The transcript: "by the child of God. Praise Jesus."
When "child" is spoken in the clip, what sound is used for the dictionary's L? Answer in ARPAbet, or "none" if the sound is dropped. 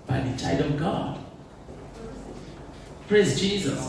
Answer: none